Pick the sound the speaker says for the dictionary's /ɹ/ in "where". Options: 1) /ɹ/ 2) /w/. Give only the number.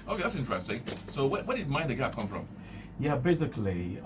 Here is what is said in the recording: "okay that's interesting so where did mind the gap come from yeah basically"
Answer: 2